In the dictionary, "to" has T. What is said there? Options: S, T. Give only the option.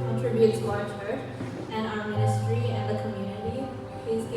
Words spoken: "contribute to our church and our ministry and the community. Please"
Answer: S